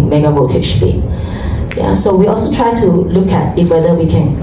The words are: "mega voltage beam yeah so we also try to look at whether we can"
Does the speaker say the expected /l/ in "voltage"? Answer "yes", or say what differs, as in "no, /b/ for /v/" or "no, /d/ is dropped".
no, /l/ is dropped